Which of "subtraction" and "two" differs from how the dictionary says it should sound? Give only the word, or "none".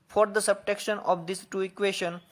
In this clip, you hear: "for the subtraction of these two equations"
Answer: subtraction